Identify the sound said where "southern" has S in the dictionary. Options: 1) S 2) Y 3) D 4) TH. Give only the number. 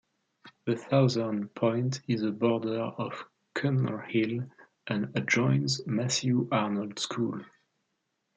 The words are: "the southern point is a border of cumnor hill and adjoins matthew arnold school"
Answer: 4